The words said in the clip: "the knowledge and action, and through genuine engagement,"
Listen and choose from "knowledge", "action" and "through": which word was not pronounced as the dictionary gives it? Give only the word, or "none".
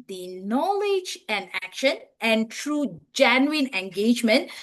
through